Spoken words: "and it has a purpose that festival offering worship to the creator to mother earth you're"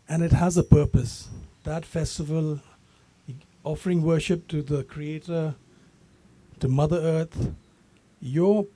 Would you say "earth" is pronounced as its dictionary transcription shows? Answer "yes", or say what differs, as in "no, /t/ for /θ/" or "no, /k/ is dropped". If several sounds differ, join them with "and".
no, /t/ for /θ/